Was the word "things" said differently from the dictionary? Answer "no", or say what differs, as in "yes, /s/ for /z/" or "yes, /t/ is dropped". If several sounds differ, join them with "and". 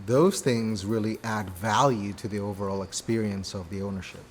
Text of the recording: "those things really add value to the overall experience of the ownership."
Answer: no